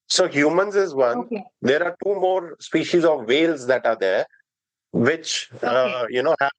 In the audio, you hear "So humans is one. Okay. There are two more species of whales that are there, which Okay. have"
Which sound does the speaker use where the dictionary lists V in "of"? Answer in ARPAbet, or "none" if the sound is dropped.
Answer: V